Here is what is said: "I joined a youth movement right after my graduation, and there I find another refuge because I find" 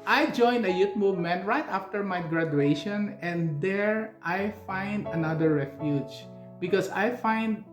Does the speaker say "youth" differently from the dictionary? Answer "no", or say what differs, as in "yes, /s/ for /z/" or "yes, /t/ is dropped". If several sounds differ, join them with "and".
yes, /t/ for /θ/